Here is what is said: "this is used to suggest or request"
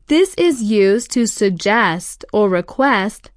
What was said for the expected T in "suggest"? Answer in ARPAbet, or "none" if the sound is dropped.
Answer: T